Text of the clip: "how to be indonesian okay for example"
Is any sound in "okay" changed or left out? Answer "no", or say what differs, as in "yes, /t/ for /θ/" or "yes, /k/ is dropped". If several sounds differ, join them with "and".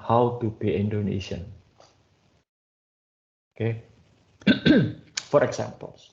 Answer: no